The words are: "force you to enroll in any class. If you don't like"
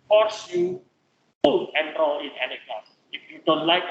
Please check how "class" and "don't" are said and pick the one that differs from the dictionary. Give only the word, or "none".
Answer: class